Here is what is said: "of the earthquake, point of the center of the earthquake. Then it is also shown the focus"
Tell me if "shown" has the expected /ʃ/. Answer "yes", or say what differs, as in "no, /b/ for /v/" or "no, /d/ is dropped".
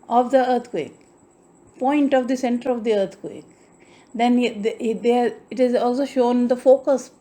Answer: yes